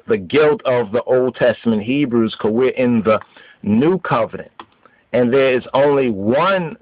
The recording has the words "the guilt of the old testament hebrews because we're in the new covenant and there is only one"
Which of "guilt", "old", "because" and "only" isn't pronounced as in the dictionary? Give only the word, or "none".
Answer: because